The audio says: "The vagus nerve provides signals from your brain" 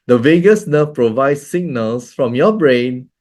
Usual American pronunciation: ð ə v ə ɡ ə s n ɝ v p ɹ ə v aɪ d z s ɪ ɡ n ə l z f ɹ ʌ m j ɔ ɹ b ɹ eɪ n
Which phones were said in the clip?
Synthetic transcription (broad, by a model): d ə v ə ɡ ə s n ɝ f p ɹ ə v aɪ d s s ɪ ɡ n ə l s f ɹ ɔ m j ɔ b ɹ eɪ n